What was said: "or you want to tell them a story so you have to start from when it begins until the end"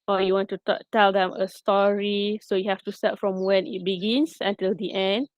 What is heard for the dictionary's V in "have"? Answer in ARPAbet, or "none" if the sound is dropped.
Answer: F